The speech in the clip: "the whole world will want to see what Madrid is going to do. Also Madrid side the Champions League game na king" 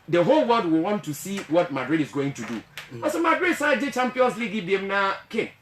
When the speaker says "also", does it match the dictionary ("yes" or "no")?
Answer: no